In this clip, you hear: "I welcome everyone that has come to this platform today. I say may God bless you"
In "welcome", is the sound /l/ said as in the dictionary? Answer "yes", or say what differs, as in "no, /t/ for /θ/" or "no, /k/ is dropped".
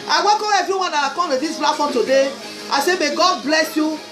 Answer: no, /l/ is dropped